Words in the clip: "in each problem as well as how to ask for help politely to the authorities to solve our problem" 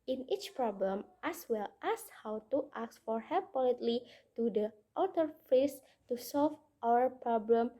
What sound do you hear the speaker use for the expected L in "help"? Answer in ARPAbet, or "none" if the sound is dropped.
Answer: none